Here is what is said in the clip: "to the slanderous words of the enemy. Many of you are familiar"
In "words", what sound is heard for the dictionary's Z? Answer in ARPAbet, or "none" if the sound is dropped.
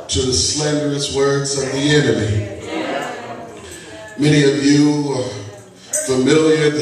Z